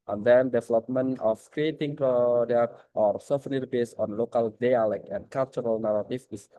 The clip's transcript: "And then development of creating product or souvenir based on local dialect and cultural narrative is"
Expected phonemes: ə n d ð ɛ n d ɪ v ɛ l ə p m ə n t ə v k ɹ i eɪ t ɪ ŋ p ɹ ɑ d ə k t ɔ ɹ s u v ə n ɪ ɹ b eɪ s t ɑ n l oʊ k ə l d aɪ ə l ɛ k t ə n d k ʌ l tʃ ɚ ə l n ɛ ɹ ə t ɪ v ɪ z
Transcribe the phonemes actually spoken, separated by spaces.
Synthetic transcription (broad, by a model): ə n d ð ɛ n d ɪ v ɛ l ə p m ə n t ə f k ɹ i eɪ t ɪ ŋ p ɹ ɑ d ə t ɔ ɹ s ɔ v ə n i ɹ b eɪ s ɑ n l oʊ k ə l d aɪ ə l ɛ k ə n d k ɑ l tʃ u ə l n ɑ ɹ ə t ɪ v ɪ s